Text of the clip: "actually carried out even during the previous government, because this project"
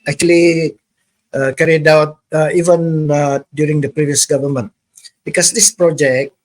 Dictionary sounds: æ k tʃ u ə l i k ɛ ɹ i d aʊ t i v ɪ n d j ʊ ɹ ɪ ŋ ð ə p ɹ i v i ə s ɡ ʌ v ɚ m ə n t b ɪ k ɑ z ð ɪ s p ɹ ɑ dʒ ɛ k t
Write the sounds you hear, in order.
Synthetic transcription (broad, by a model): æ k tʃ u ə l i k ɛ ɹ i d aʊ t i v ɪ n d j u ɹ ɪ ŋ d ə p ɹ i v i ə s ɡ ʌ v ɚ m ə n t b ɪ k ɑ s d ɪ s p ɹ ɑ dʒ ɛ k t